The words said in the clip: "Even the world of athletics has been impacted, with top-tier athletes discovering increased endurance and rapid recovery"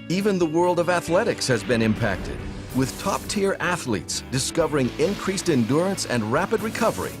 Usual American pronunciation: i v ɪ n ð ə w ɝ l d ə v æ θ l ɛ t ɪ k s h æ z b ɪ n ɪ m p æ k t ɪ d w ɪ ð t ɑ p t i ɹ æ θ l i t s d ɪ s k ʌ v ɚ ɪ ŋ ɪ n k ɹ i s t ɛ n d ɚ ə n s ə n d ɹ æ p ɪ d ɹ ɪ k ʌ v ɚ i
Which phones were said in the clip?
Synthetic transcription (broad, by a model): i v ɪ n ð ə w ɝ l d ə v æ θ l ɛ t ɪ k s h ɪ z b ɪ n ɪ m p æ k t ɪ d w ɪ ð t ɑ p t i ɹ æ θ l i t s d ɪ s k ʌ v ɚ ɪ ŋ ɪ n k ɹ i s t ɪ n d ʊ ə n s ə n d ɹ æ p ɪ d ɹ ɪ k ʌ v ɚ i